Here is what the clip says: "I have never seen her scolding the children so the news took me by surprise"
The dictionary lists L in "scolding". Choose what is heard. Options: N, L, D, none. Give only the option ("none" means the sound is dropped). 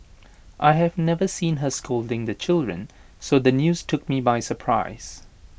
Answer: L